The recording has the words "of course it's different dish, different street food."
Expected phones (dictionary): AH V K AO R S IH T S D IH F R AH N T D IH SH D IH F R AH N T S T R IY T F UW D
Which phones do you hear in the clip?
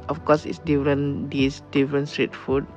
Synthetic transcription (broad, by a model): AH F K AO S IH T S D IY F R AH N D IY S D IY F R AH N S T R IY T F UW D